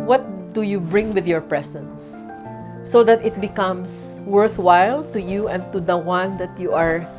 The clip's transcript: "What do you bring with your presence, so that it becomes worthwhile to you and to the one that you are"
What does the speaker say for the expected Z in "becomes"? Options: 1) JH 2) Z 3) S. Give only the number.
3